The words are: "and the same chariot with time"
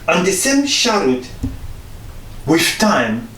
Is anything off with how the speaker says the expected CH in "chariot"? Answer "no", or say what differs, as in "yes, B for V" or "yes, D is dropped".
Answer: yes, SH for CH